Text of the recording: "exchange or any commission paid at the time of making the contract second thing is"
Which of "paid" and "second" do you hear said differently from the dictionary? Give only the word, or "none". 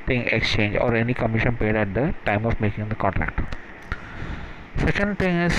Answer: none